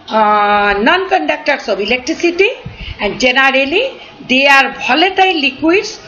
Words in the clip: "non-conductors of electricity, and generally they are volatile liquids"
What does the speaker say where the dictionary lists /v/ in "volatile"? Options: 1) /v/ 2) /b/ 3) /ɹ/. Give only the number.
2